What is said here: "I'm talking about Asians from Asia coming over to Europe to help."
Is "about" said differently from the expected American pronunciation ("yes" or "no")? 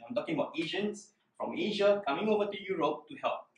no